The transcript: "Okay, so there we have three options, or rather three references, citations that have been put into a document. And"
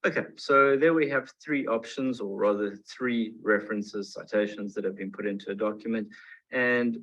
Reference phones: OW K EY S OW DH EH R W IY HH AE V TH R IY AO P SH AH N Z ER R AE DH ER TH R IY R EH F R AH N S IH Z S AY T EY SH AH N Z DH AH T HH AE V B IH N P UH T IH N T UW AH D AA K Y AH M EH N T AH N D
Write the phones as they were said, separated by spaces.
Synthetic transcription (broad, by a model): OW K EY S OW DH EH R W IY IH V TH R IY AO P SH AH N Z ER R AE DH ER TH R IY R EH F R AH N S IH Z S AY T EY SH AH N Z DH AH T HH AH V B IH N P UH T IH N T UW AH D AA K Y AH M EH N T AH N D